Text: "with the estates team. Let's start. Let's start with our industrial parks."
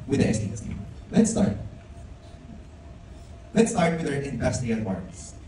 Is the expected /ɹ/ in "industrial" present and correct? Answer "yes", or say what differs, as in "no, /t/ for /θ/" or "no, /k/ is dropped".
no, /ɹ/ is dropped